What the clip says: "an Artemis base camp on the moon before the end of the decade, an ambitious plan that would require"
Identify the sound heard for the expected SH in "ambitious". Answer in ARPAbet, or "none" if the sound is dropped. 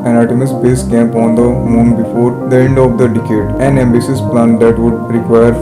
S